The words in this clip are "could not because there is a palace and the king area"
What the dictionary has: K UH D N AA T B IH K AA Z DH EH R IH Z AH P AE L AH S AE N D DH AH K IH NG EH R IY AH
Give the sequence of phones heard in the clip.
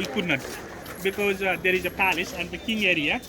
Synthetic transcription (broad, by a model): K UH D N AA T B IH K AA Z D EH R IH Z AH P AE L AH S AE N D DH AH K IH NG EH R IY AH